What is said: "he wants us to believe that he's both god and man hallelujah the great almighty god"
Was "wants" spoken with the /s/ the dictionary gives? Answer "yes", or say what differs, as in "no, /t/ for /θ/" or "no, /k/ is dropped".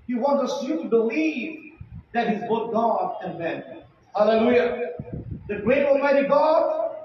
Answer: no, /s/ is dropped